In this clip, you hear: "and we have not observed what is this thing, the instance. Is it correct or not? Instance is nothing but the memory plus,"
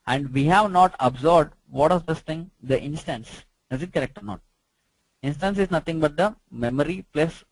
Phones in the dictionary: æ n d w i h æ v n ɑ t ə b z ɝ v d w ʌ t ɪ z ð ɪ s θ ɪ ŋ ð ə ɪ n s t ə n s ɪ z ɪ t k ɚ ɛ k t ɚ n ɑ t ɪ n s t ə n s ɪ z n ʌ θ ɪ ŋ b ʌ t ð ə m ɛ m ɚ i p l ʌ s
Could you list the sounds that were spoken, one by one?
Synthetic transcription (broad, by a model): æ n d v i h æ v n ɑ t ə b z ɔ b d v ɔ t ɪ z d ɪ s t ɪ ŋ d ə ɪ n s t ə n s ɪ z ɪ t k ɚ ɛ k t ɚ n ɑ t ɪ n s t ə n s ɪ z n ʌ t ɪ ŋ b ʌ t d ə m ɛ m ɚ i p l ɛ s